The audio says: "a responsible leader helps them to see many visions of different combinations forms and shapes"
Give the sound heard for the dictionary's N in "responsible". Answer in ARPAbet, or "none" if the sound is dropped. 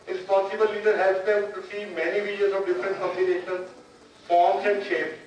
none